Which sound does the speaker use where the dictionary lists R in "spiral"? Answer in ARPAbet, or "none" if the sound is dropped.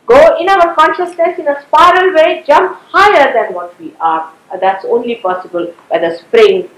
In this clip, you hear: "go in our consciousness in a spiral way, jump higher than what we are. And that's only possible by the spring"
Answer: R